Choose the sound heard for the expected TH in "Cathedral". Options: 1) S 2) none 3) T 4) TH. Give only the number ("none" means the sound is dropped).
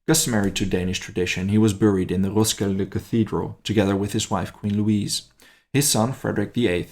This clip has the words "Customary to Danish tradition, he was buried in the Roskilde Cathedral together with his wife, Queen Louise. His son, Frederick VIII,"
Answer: 4